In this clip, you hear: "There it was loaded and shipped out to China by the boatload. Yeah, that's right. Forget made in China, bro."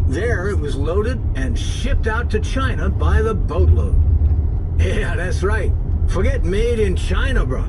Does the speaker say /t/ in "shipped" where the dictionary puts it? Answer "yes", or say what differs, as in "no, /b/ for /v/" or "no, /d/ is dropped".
yes